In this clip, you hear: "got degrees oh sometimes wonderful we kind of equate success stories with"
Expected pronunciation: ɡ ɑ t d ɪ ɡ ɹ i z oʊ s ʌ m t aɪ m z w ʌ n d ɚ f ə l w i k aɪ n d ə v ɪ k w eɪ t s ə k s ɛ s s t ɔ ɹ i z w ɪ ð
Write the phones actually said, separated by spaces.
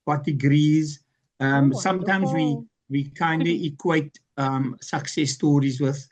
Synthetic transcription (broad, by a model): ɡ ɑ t d ɪ ɡ ɹ i z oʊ s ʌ m t aɪ m z w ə w i k aɪ n d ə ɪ k w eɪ t s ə k s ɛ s s t ɔ ɹ i z w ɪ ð